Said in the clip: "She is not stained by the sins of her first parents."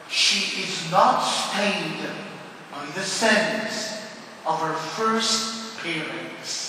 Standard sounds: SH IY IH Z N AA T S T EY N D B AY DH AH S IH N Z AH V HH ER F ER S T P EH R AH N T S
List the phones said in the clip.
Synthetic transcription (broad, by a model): SH IY IH Z N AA T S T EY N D B AY DH AH S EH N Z AH V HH ER F ER S T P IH R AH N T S